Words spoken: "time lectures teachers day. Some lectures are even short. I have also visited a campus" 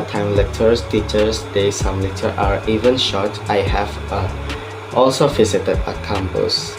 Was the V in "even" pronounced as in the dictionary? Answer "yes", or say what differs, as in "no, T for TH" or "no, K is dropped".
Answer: yes